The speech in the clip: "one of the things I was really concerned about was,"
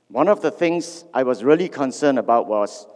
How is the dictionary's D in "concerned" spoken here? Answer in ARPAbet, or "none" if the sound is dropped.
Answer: none